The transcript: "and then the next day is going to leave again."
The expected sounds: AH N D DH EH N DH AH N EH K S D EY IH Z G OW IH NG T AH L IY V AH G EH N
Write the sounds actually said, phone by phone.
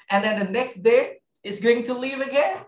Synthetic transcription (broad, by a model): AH N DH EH N DH AH N EH K S D EY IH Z G OW IH NG T AH L IY V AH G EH